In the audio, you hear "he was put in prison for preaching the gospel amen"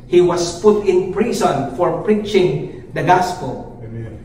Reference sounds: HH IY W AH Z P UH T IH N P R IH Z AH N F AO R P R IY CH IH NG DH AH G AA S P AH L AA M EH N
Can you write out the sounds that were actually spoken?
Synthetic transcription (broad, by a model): HH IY W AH S P UH T IH N P R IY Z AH N F AO R P R IY CH IH NG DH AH G AA S P AH L